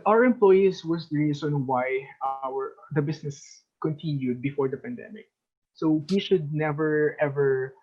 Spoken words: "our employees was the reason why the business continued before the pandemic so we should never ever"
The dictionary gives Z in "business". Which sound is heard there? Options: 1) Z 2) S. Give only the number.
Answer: 2